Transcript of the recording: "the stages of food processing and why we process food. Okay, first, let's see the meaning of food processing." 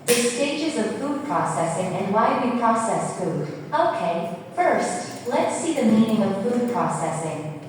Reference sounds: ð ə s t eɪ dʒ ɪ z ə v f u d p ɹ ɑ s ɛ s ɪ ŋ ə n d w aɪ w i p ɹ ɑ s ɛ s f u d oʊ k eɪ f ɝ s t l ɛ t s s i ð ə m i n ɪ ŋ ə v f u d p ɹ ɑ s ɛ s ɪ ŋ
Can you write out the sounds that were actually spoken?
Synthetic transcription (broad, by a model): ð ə s t eɪ dʒ ɪ z ə v f u d p ɹ ɑ s ɛ s ɪ ŋ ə n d w aɪ w i p ɹ ɑ s ɛ s f u d oʊ k eɪ f ɝ s t l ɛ t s s i ð ə m i n ɪ ŋ ə v f u d p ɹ ɑ s ɛ s ɪ ŋ